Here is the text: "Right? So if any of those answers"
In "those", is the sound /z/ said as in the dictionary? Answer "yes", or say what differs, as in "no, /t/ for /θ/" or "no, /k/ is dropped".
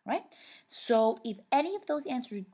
yes